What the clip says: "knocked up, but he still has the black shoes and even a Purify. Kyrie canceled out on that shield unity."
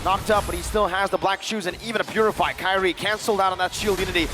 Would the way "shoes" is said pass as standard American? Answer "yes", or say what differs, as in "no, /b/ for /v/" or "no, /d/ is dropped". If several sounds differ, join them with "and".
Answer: yes